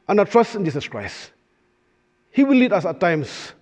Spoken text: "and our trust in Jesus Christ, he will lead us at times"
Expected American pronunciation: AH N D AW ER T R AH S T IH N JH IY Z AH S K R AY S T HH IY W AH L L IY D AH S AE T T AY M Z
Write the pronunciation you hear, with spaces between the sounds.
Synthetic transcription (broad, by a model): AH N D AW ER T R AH S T IH N JH IY S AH S K R AY S T HH IY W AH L L IY D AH S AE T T AY M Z